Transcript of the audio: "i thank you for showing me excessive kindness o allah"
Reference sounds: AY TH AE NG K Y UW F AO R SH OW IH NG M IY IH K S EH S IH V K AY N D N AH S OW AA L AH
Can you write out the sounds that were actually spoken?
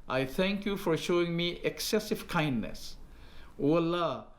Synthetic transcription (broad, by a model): AY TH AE NG K Y UW F AO R SH OW IH NG M IY IH K S EH S IH V K AY N D N AH S OW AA L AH